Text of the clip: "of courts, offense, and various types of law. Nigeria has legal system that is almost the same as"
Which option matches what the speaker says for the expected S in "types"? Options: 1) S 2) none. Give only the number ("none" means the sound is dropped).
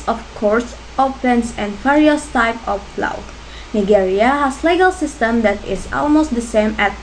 2